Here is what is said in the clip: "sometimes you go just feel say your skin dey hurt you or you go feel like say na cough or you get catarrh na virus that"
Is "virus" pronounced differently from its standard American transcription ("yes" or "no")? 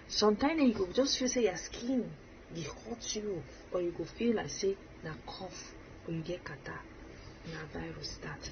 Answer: no